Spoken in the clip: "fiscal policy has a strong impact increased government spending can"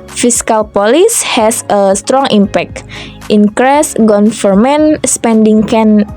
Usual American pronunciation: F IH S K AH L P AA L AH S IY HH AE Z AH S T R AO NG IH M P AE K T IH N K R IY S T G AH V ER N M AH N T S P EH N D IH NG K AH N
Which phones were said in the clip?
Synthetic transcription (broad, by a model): F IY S K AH L P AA L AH S HH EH S AH S T R AO NG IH M P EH K T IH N K R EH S G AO F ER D M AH N S P EH N D IH NG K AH N